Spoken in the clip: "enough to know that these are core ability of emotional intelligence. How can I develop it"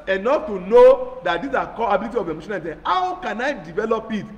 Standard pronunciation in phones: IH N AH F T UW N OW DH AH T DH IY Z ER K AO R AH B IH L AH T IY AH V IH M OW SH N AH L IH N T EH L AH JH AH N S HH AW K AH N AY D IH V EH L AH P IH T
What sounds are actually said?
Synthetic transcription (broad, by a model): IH N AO F T UW N OW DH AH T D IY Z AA K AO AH B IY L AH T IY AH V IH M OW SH AH N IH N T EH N HH AW K AH N AY D IH V EH L AH P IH T